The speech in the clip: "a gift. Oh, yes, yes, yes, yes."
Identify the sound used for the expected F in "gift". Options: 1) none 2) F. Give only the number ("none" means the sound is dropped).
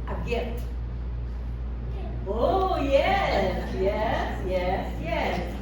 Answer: 1